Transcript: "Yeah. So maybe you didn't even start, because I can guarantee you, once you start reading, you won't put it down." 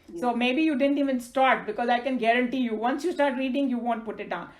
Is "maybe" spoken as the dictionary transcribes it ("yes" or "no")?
yes